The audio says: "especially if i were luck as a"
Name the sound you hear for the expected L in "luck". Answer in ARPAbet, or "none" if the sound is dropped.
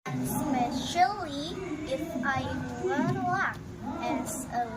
N